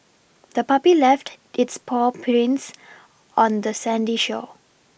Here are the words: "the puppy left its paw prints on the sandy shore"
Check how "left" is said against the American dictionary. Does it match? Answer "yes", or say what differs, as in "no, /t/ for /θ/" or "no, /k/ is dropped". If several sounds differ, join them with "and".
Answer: yes